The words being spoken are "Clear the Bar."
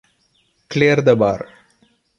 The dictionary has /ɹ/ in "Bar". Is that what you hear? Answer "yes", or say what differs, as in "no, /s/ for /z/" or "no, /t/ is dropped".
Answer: yes